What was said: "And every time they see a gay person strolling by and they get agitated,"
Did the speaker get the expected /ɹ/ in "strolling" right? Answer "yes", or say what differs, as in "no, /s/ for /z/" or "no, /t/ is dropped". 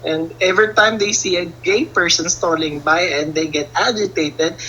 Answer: no, /ɹ/ is dropped